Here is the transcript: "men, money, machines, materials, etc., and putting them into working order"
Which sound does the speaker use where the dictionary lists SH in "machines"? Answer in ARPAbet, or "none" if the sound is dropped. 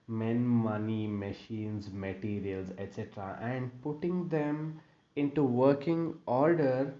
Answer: SH